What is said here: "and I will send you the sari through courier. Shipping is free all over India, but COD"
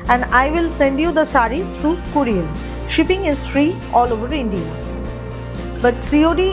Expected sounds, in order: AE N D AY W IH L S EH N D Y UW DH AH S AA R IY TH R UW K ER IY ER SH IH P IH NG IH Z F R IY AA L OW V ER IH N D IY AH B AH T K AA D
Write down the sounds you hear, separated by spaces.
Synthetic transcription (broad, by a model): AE N D AY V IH L S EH N D Y UW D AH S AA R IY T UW K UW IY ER SH IH P IH NG IH Z F R IY AA L OW V ER IH N D IY AH B AH T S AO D